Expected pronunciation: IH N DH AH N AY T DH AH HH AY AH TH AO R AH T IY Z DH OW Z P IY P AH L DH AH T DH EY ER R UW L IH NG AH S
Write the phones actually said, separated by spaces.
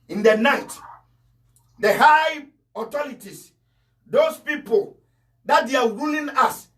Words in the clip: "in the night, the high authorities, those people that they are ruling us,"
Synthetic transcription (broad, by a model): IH N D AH N AY T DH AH HH AY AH T AO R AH T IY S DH OW S P IY P AH L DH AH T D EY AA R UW L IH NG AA S